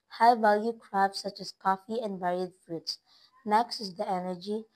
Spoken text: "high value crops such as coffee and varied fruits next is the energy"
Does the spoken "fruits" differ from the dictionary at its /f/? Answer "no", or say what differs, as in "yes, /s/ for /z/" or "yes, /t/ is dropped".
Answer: no